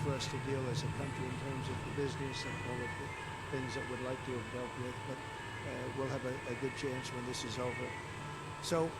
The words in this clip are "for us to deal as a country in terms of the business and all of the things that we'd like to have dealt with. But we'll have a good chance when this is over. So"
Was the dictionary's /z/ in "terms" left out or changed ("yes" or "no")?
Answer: no